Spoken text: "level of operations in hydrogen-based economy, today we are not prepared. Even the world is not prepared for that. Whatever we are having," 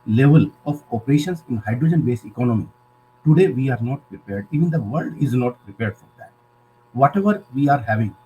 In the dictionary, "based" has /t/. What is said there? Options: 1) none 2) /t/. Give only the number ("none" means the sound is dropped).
1